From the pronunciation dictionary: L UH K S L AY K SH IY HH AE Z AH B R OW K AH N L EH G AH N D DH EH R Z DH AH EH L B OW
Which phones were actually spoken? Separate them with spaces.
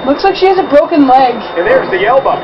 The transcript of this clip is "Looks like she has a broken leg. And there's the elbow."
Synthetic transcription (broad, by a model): L UH K S L AY K SH IY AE Z AH B R OW K AH N L EH G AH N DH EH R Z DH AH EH L B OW